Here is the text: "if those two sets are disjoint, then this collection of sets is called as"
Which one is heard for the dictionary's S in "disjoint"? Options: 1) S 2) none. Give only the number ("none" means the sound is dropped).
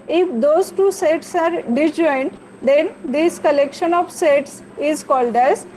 2